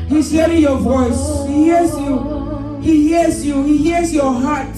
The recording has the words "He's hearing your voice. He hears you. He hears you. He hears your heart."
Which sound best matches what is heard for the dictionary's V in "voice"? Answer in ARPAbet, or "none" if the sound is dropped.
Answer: V